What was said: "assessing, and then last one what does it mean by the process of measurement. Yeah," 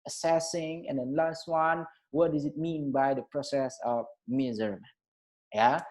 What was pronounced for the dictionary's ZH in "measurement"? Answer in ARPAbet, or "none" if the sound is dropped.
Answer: Z